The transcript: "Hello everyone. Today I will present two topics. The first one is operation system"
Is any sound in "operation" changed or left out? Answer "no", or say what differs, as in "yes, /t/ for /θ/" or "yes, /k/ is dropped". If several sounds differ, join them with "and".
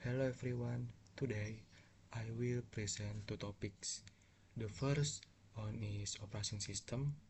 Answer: yes, /s/ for /ʃ/